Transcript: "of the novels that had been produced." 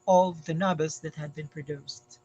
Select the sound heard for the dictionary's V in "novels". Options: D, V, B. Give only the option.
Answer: B